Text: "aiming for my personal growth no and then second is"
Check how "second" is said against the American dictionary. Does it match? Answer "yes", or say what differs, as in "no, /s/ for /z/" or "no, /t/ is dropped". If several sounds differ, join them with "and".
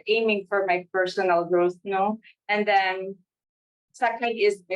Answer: no, /n/ is dropped